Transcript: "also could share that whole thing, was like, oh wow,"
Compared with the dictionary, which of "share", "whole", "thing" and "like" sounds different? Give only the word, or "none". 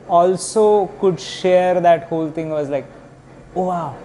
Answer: thing